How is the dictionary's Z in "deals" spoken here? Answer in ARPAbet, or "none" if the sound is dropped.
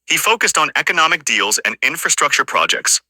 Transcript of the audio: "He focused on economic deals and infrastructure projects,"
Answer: Z